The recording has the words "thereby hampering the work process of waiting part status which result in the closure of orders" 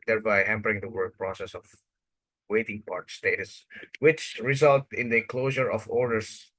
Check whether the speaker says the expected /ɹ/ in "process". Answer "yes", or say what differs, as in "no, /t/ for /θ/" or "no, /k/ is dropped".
yes